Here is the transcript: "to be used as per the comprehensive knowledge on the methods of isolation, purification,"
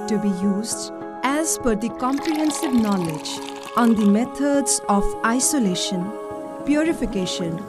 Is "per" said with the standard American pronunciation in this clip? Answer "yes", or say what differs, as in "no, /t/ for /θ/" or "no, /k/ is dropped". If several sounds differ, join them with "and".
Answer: no, /f/ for /p/